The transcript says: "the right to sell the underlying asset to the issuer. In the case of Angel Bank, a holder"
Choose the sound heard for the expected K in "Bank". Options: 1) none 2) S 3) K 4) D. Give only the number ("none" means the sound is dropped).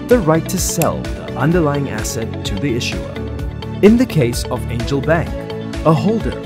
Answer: 3